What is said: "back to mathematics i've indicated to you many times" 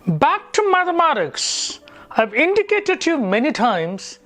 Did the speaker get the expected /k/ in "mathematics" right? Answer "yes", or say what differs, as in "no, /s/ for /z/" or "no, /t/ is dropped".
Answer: yes